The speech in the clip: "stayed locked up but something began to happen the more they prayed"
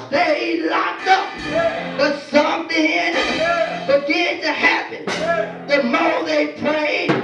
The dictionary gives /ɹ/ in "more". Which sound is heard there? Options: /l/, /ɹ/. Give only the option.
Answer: /l/